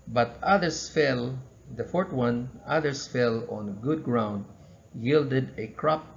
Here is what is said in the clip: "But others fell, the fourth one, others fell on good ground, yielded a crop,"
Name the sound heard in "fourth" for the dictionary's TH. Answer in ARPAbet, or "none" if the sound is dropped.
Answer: T